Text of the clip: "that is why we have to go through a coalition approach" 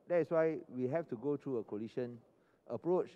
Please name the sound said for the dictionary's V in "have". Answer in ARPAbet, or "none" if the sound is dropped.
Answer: F